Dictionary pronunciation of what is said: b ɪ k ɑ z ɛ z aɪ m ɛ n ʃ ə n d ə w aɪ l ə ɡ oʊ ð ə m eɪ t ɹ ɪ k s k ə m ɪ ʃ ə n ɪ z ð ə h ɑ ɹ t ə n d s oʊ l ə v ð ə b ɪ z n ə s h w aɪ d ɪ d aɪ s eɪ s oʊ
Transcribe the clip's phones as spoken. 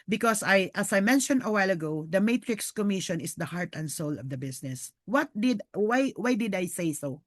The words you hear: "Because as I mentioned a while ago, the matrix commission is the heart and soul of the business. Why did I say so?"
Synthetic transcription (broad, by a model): b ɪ k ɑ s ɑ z aɪ m ɛ n ʃ ə n d ə w aɪ l ə ɡ oʊ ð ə m eɪ t ɹ ɪ k s k ə m ɪ ʃ ə n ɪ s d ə h ɑ ɹ t ə n d s oʊ l ə v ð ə b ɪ s n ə s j w aɪ d ɪ d aɪ s eɪ s oʊ